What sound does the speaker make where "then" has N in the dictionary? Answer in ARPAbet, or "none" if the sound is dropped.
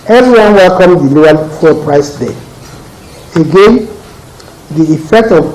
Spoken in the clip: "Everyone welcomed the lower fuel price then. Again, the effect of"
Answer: none